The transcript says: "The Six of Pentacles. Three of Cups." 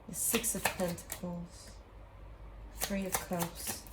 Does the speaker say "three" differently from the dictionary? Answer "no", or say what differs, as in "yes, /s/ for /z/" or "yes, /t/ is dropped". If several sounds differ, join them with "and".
no